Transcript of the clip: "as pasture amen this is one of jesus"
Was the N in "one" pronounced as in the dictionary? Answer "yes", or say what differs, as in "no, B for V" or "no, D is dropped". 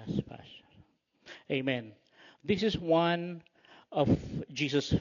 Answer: yes